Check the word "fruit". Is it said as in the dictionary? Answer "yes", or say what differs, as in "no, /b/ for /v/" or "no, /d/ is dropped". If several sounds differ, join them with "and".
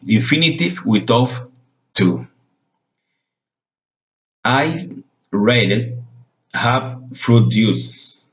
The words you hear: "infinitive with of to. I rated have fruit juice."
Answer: no, /p/ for /f/